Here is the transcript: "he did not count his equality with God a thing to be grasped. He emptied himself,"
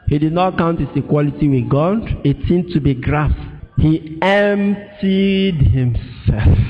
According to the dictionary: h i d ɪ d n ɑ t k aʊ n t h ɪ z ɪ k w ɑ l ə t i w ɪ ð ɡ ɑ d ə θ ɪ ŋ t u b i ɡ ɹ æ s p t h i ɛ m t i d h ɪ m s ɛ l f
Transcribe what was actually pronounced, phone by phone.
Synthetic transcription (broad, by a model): h i d ɪ d n ɑ t k aʊ n t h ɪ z ɪ k w ɑ l ə t i w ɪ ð ɡ ɑ d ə s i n t u b i ɡ ɹ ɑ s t h i ɛ m t i d h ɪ m s ɛ l f